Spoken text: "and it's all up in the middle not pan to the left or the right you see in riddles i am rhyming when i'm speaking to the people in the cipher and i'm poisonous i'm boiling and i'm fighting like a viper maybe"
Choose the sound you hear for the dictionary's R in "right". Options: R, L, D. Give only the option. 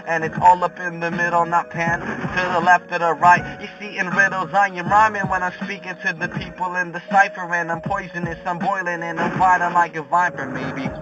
R